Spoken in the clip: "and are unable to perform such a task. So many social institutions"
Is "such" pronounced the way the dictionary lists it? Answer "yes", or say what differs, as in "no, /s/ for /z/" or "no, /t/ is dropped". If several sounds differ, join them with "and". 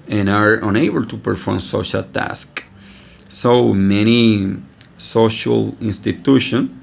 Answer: no, /ʃ/ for /tʃ/